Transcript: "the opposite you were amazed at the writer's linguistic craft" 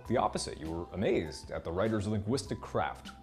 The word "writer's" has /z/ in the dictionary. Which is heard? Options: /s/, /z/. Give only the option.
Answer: /z/